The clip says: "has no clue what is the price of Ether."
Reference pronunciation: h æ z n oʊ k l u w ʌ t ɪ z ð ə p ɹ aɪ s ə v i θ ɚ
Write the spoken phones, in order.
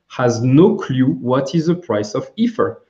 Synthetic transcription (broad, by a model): h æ z n oʊ k l u w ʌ t ɪ z ð ə p ɹ aɪ s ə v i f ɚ